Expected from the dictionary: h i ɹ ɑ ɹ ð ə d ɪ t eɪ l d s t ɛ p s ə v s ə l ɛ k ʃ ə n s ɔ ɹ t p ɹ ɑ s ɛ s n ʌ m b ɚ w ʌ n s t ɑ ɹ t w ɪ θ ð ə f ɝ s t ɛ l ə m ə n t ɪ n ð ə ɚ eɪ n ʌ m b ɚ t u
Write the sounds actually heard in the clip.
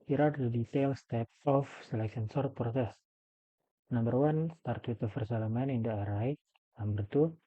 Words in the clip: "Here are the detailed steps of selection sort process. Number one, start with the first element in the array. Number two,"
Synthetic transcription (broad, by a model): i ɹ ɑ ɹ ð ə d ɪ t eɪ l s t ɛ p ə f s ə l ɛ k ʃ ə n s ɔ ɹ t p ɹ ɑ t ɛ s n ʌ m b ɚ w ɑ n s t ɑ ɹ t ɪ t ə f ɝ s ɛ l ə m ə n ɪ n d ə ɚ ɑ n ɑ m b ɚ t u